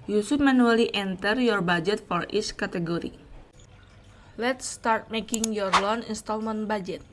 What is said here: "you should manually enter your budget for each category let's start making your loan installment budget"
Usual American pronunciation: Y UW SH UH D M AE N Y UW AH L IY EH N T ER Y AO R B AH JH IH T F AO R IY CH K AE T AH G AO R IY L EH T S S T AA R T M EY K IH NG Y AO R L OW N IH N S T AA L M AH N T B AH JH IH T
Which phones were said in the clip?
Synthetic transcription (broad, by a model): Y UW S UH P M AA N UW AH L IY EH N T ER Y AO R B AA JH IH T F AO R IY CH K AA T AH G AO R IY L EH T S S T AA R T M EY K IH NG Y AO R L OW N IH N S T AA L M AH N B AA JH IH T